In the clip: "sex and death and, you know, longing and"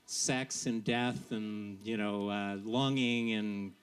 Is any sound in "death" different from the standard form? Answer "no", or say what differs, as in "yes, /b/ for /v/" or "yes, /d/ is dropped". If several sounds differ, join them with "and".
no